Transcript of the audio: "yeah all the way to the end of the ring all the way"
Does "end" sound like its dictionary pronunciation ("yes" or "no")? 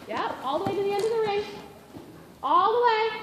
yes